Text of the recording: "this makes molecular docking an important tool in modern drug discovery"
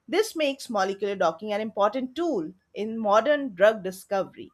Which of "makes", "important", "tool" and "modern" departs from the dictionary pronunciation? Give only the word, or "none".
none